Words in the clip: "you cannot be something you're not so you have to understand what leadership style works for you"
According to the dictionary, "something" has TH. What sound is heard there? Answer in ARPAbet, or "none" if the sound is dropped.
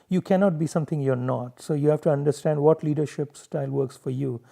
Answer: T